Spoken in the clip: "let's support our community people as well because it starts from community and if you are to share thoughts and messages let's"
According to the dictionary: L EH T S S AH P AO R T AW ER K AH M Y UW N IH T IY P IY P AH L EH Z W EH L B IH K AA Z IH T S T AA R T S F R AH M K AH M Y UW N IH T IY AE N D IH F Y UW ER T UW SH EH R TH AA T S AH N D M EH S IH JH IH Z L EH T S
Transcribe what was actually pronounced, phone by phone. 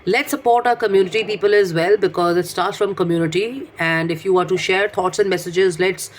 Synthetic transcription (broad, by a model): L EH T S S AH P AO R T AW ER K AH M Y UW N IH T IY P IY P AH L EH Z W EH L B IH K AA Z IH T S T AA R T S F R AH M K AH M Y UW N IH T IY AE N D IH F Y UW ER T UW SH EH R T AA T S AH N D M EH S IH JH IH Z L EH T S